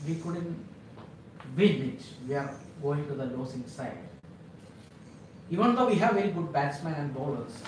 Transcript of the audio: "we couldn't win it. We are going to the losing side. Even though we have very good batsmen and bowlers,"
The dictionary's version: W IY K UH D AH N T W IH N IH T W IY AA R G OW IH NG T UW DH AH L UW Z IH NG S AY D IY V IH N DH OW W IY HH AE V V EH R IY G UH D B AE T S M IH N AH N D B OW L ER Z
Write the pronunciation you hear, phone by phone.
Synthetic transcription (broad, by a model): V IY K UH D AH N T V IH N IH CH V IY AA R G OW IH NG T UW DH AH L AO S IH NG S AY D IY V IH N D OW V IY HH AE V V EH R IY G UH D B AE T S M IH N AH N D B OW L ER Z